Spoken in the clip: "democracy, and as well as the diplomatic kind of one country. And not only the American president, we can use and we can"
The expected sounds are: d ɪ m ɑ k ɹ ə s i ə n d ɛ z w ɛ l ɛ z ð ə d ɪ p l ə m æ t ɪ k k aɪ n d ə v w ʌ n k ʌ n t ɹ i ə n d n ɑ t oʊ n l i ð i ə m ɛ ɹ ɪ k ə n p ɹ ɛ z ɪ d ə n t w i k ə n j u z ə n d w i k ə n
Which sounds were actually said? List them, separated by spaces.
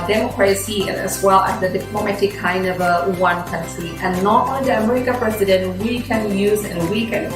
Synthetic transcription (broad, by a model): d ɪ m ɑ k ɹ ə s i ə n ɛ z w ɛ l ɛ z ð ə d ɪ p l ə m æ t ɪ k k aɪ n d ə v w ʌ n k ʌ n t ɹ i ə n n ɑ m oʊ l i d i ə m ɛ ɹ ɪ k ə p ɹ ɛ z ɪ d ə n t w i k ə n j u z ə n w i k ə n